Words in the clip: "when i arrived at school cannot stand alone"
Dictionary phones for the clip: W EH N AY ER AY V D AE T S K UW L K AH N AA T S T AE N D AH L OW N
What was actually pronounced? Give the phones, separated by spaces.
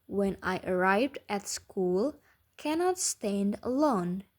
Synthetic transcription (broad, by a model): W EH N AY ER AY V D AE T S K UW L K AH N AA T S T AE N D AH L OW N